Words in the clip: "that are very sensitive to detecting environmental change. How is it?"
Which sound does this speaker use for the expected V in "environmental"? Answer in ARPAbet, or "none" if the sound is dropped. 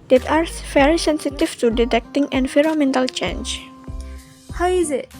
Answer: F